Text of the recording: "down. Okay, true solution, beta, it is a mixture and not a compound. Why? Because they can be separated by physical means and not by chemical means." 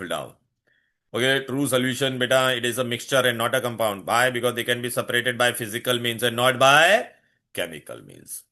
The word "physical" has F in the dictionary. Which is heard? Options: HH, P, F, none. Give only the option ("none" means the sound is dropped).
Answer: F